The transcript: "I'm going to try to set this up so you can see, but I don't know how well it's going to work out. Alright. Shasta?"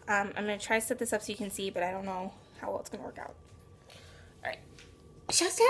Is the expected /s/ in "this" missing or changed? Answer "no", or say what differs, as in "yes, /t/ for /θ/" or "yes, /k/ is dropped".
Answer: no